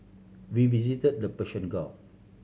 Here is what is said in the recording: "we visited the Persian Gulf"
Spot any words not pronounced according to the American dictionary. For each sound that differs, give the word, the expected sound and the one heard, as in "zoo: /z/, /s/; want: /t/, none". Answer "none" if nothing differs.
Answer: persian: /ʒ/, /ʃ/; gulf: /f/, none